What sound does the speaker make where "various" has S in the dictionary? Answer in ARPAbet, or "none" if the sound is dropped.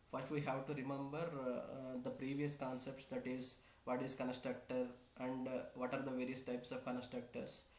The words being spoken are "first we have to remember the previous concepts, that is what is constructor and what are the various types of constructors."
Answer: S